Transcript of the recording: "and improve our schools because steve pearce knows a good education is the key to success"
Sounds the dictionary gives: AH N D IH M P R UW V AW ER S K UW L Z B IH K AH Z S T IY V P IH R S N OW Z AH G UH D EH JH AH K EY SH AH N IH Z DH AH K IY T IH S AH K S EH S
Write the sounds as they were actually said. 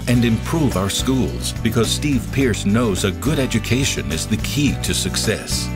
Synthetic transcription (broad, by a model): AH N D IH M P R UW V AW ER S K UW L Z B IH K AH Z S T IY V P IH R S N OW Z AH G UH D EH JH AH K EY SH AH N IH Z DH AH K IY T IH S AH K S EH S